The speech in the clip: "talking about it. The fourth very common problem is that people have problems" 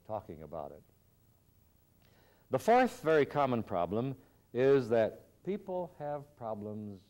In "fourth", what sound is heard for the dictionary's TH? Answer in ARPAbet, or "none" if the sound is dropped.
TH